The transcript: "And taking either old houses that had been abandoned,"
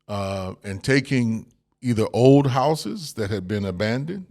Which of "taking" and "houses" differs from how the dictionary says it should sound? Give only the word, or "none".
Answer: none